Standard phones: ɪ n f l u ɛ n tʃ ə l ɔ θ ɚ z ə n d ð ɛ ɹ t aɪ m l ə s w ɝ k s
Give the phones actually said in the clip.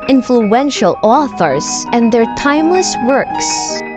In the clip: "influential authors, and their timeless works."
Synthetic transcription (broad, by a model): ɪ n f l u ɛ n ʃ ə l ɔ θ ɚ z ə n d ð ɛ ɹ t aɪ m l ə s w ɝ k s